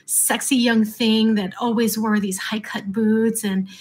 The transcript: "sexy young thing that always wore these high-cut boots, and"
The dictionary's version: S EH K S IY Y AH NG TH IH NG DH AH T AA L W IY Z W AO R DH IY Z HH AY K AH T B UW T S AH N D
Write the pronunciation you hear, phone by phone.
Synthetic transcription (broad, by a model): S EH K S IY Y AH NG TH IH NG DH AH T AA L W IY Z W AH R DH IY Z HH AY K AH T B UW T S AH N